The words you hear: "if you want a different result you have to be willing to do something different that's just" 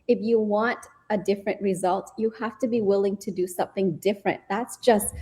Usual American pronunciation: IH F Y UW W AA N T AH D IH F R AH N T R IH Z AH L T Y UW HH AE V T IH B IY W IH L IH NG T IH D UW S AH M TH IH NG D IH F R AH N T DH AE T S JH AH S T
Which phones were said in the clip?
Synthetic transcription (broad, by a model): IH F Y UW W AA N T AH D IH F R AH N T R IH Z AH L T Y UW HH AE F T IH B IY W IH L IH NG T IH D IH S AH M TH IH NG D IH F R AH N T DH AE T S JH AH S T